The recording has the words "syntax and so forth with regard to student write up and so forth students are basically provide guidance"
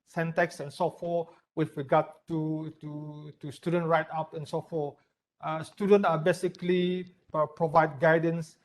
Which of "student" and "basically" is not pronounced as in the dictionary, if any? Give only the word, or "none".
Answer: none